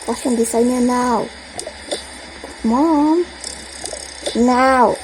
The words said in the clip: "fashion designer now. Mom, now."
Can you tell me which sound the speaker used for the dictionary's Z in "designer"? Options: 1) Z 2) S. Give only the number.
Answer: 2